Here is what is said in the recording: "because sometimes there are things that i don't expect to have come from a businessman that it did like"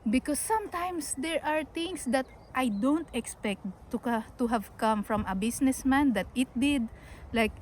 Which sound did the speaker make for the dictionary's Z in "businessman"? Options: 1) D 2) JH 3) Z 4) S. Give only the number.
4